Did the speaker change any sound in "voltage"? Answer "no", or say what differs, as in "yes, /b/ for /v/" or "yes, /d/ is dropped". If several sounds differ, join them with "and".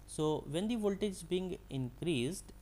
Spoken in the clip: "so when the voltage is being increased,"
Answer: no